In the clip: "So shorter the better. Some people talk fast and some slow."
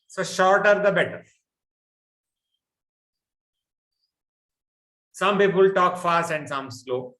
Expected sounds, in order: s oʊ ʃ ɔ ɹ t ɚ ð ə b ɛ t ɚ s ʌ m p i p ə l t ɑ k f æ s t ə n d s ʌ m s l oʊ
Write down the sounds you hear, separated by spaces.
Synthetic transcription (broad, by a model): s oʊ ʃ ɔ ɹ t ɚ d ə b ɛ t ɚ s ʌ m p i p ə l t ɑ k f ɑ s t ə n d s ʌ m s l oʊ